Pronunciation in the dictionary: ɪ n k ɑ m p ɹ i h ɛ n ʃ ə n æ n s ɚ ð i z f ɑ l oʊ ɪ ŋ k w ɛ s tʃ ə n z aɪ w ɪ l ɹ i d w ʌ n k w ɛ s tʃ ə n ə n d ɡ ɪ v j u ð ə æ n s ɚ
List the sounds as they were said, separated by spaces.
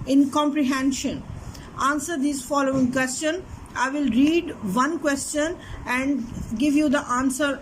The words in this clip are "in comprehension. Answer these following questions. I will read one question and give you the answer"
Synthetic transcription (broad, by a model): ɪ n k ɑ m p ɹ i h ɛ n ʃ ə n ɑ n s ɚ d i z f ɑ l oʊ ɪ ŋ k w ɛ s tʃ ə n aɪ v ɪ l ɹ i d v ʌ n k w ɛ s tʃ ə n ə n d ɡ ɪ v j u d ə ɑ n s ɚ